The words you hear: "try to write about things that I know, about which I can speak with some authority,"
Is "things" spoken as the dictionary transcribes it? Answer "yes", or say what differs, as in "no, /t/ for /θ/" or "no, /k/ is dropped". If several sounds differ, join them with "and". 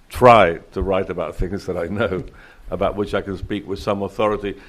yes